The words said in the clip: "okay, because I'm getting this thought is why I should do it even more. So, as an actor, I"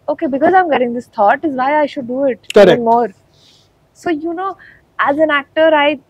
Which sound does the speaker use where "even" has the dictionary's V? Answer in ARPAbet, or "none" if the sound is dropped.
none